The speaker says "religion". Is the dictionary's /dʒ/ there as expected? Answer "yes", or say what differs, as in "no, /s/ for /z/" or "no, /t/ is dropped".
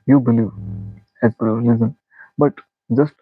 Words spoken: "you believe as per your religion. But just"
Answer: no, /z/ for /dʒ/